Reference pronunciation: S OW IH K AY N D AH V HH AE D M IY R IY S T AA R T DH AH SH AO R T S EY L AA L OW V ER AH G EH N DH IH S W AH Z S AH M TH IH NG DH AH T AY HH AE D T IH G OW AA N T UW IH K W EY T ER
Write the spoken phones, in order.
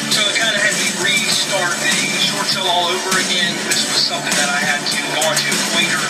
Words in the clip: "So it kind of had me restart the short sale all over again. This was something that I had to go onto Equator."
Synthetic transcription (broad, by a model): S OW IH K AY N D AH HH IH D M IY R IY S T AA R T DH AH SH AO R T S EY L AA L OW V ER AH G EH N DH IH S W AH Z S AH M TH IH NG DH AH T AY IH D T IH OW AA T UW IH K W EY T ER